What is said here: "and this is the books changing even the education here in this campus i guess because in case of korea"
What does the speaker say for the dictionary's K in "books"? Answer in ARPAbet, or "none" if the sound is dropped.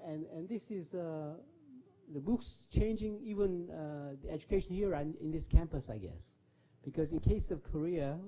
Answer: K